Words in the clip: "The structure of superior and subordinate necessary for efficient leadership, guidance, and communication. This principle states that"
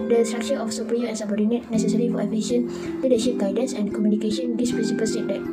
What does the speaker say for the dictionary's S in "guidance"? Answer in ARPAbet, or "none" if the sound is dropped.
S